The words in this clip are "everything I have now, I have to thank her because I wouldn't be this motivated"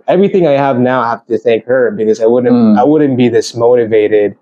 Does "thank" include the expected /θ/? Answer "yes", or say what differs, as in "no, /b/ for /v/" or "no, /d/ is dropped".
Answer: yes